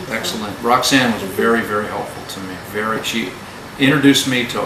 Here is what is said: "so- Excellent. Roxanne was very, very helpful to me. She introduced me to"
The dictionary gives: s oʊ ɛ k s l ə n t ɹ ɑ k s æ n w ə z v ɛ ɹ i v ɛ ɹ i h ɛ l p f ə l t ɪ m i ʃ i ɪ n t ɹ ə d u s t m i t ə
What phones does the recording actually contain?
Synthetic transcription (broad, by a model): ɛ k s l ə n t ɹ ɑ k s æ n w ə z v ɛ ɹ i v ɛ ɹ i h ɛ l p f l t ɪ m i ʃ i ɪ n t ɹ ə d u s m i t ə